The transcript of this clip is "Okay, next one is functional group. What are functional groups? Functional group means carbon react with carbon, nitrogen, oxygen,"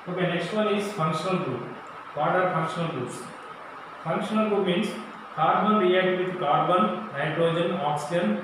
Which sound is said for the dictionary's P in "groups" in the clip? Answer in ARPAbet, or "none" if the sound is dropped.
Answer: none